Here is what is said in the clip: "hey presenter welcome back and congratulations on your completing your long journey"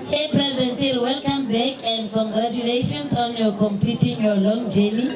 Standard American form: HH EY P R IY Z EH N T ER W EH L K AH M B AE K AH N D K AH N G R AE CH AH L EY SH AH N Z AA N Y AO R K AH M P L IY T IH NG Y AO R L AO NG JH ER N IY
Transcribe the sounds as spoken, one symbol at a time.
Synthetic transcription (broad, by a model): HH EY P R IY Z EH N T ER W EH L K AH M B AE K AH N D K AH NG G R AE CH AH L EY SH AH N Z AA N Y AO K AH M P IY T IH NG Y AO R L AO NG JH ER N IY